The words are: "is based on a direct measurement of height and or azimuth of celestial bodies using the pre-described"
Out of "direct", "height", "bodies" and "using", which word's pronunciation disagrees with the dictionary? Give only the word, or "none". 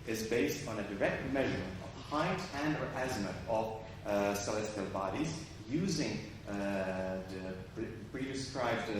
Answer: none